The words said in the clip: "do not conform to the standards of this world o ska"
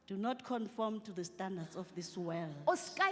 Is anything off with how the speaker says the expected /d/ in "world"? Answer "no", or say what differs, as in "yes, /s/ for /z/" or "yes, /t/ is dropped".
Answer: yes, /d/ is dropped